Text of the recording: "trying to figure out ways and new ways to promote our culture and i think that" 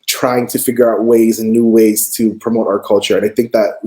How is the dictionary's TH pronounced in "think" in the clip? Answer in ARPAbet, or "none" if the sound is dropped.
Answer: TH